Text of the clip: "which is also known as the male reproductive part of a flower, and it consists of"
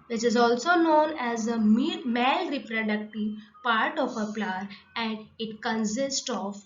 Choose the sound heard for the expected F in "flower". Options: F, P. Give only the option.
P